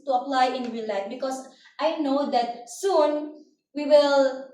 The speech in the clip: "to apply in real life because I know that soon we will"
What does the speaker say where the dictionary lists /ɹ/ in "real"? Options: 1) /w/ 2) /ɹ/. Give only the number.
1